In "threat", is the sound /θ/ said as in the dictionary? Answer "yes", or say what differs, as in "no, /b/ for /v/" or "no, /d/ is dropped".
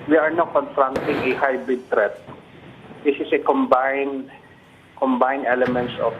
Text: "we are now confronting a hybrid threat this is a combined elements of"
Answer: no, /t/ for /θ/